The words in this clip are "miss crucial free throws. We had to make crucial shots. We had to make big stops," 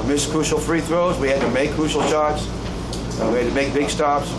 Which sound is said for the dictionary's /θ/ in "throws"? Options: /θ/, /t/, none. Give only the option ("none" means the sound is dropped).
/θ/